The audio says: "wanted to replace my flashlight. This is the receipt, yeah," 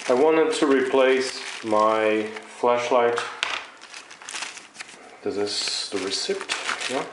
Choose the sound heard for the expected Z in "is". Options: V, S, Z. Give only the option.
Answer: S